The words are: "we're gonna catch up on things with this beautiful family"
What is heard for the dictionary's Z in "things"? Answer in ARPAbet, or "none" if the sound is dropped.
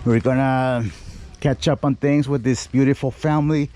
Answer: Z